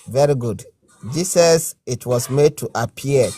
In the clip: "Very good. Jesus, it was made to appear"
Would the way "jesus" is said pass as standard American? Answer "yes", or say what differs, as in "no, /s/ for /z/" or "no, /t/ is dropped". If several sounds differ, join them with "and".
no, /s/ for /z/